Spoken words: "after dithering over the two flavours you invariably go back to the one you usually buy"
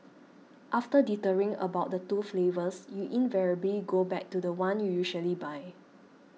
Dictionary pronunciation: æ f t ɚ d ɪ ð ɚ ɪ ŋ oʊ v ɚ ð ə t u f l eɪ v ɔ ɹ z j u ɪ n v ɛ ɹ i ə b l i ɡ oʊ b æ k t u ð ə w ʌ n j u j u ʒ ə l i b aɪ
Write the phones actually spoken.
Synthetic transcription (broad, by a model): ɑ f t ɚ d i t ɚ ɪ ŋ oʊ b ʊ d ə t u f l eɪ v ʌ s j u ɪ n v ɛ ɹ i ə b l i ɡ oʊ b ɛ k t u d ə w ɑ n j u j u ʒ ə l i b aɪ